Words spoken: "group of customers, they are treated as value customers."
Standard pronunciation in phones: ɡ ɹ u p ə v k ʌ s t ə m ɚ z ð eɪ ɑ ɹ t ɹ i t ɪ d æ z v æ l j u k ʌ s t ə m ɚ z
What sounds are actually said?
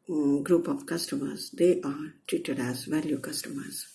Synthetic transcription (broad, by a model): ɡ ɹ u p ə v k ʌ s t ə m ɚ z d eɪ ɑ ɹ t i t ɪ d æ z v æ l j u k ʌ s t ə m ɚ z